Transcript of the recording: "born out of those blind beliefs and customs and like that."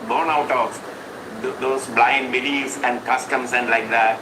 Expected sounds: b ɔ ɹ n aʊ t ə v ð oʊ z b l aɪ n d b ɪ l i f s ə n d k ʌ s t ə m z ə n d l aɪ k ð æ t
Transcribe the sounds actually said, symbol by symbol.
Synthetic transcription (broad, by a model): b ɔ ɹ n aʊ t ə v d oʊ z b l aɪ n d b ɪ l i s ə n d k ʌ s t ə m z ə n d l aɪ k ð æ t